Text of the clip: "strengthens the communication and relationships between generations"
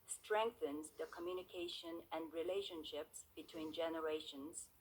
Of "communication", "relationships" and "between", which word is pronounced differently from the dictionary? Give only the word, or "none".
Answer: none